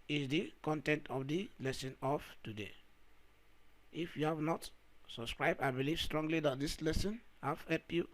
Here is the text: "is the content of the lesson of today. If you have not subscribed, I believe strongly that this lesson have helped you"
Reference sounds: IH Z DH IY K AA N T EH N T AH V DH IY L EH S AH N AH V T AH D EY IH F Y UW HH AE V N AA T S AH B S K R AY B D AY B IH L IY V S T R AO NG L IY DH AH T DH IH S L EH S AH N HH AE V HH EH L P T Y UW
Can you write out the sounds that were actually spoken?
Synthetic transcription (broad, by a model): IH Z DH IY K AA N T EH N T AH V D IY L EH S AH N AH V T AH D EY IH F Y UW HH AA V N AA T S AH B S K R AY B D AY B IH L IY V S T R AO NG L IY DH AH T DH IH S L EH S AH N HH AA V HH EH P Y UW